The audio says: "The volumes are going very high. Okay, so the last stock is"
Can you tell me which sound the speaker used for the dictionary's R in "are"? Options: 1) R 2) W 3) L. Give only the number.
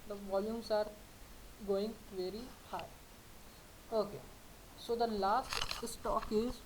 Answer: 1